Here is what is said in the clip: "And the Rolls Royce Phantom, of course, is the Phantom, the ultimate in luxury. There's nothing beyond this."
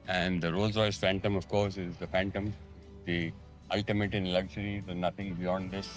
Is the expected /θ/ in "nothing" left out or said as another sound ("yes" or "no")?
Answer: yes